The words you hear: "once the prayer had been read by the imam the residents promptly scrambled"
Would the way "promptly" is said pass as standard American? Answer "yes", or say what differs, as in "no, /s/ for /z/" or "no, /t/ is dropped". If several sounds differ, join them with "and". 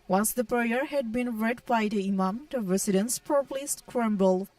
no, /m/ is dropped